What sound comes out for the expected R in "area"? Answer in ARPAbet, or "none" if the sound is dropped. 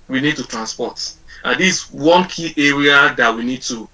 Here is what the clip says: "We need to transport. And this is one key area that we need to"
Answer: R